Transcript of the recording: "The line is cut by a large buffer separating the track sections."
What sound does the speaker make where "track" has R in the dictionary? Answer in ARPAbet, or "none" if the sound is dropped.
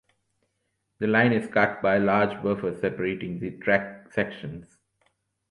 R